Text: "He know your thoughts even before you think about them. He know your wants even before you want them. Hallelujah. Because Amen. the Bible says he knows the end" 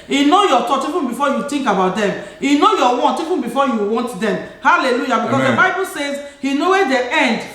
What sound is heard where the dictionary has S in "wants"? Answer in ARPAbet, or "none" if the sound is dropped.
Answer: none